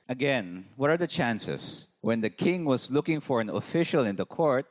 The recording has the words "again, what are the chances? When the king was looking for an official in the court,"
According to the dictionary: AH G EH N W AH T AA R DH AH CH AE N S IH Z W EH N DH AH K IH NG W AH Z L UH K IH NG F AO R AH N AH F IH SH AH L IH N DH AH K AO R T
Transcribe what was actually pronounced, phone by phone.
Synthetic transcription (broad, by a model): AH G EH N W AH T AA R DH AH CH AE N S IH S W EH N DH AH K IH NG W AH S L UH K IH NG F AO R AH N AH F IH SH AH L IH N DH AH K AO R T